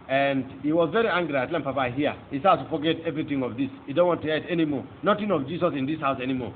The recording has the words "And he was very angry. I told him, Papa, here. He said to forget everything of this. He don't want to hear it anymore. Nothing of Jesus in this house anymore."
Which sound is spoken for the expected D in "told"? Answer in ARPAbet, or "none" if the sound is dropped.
none